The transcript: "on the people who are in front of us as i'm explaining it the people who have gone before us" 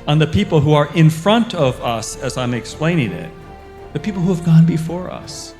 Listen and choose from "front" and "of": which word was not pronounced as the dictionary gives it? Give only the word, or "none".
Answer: none